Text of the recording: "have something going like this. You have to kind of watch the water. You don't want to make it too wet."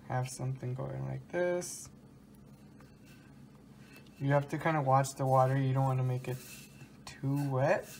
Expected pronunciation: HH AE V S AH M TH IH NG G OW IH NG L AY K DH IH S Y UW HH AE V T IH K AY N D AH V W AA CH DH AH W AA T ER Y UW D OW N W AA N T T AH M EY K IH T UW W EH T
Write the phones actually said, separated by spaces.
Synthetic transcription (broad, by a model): HH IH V S AH M TH IH NG G OW IH NG L AY K DH IH S Y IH HH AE F T IH K AY N D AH W AA CH DH AH W AA T ER Y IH D OW N W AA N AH M EY K IH T UW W EH T